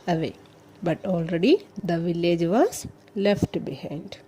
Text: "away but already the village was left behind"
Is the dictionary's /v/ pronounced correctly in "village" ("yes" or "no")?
yes